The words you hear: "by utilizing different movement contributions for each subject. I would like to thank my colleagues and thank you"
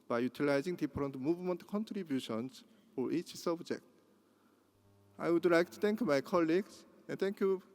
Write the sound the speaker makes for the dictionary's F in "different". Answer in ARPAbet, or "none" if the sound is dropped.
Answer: P